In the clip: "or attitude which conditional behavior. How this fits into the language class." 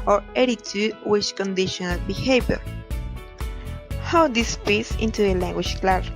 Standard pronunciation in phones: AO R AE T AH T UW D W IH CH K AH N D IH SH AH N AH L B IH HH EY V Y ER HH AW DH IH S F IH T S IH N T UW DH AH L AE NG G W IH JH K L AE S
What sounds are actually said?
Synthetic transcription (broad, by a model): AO R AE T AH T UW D W IH CH K AH N D IH SH AH N AH L B IH HH EY V Y ER HH AW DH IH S P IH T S IH N T UW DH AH L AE NG G W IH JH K L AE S